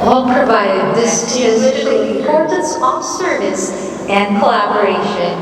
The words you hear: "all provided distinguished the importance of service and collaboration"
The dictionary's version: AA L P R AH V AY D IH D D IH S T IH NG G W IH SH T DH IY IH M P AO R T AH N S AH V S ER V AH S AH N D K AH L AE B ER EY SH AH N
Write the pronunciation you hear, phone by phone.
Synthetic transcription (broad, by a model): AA P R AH V AY D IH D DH IH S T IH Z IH T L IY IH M P AO R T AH N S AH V S ER V AH S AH N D K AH L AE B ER EY SH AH N